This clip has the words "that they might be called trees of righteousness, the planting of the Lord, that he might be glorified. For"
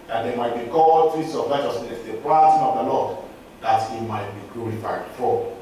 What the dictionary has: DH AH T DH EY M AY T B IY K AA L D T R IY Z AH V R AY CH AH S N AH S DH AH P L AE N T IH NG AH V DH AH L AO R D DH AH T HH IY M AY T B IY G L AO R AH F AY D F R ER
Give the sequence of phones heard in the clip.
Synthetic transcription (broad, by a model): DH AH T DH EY M AY T B IY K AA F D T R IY S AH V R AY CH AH S N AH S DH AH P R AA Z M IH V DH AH L AO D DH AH T HH IY M AY T B IY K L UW R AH F AY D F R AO